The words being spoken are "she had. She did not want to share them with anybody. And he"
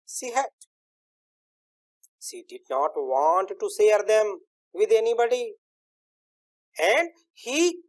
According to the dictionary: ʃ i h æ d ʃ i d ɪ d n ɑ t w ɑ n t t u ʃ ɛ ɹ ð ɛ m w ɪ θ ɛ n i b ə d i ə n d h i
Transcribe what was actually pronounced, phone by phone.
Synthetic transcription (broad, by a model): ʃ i h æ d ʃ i d ɪ d n ɑ t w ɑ n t t u s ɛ ɹ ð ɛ m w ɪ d ɛ n i b ə d i ə n d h i